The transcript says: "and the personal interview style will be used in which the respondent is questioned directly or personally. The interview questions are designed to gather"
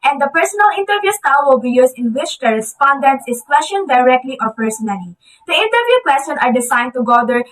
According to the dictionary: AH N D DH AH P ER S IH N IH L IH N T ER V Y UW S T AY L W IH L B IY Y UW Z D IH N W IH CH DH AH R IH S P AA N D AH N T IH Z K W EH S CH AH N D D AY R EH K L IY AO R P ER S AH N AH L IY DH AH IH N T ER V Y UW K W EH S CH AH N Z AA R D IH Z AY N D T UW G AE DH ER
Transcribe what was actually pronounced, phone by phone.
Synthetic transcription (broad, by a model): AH N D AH P ER S IH N IH L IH N T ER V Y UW S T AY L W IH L B IY Y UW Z IH N W IH CH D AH R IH S P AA N D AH N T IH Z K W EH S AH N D D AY R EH K L IY AO R P ER S AH N AH L IY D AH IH N T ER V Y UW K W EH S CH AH N AA R D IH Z AY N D T UW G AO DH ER